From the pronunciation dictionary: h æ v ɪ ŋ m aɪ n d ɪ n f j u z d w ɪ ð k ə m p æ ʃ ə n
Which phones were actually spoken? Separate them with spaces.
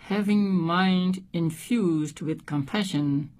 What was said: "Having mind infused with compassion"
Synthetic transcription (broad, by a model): h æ v ɪ ŋ m aɪ n d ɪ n f j u z d w ɪ ð k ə m p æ ʃ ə n